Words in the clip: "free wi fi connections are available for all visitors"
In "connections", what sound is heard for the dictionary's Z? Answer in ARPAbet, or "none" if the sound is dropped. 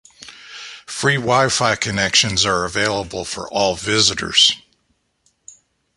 Z